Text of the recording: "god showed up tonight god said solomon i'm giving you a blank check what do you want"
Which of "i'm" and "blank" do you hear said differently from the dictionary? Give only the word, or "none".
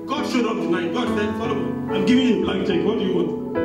blank